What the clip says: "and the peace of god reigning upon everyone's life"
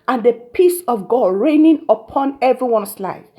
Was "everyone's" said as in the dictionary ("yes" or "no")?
no